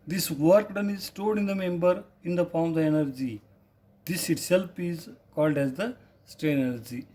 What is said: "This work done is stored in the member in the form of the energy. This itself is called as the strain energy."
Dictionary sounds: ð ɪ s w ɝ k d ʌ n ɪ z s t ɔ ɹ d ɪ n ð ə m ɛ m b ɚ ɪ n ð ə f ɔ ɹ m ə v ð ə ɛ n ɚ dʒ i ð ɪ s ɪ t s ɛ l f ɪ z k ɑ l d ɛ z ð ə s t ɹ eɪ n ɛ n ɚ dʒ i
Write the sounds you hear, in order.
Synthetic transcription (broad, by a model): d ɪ s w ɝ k d ʌ n ɪ z s t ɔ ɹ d ɪ n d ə m ɛ m b ɚ ɪ n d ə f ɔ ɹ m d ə ɛ n ɚ dʒ i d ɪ s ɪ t s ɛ l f ɪ z k ɑ l d ɛ z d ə s t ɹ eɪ ɛ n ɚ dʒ i